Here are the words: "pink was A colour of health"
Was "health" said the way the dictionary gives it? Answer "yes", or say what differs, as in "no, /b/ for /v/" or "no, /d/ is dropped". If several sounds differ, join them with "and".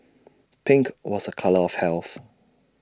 yes